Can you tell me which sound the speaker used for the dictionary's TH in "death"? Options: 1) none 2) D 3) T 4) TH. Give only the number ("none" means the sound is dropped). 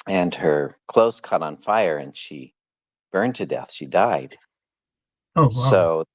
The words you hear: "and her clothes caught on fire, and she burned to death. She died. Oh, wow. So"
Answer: 4